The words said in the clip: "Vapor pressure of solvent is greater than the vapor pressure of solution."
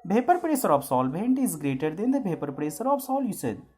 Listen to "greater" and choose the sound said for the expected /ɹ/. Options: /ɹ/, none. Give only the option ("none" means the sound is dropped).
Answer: /ɹ/